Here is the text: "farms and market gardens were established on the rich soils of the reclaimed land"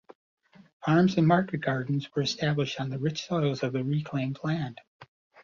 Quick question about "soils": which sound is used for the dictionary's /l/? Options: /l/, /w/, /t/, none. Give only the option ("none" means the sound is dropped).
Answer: /l/